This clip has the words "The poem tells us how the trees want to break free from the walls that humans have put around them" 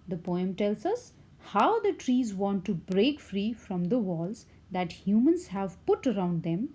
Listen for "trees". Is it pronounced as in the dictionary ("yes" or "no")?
yes